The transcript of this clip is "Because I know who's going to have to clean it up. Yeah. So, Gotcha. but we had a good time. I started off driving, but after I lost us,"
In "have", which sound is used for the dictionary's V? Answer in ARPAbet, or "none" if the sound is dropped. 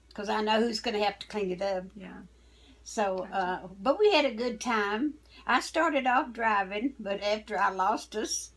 F